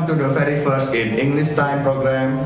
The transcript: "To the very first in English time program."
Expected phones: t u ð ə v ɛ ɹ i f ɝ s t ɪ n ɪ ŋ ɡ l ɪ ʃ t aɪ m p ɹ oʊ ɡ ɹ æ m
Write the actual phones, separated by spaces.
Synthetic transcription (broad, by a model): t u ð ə f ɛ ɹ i f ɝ s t ɪ n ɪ ŋ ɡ l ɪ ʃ t aɪ m p ɹ oʊ ɡ ɹ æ m